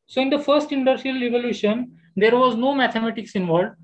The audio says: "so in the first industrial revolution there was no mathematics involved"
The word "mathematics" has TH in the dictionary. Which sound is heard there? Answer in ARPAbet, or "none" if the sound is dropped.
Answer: T